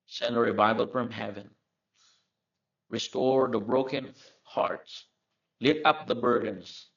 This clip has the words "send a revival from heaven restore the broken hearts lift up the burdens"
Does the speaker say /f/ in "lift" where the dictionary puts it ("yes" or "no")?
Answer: no